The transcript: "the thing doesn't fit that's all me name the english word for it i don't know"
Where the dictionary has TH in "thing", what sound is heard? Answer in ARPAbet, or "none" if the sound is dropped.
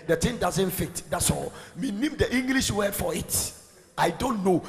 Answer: T